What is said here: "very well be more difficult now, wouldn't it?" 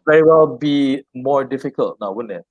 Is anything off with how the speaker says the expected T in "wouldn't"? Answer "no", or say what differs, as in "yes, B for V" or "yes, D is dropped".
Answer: yes, T is dropped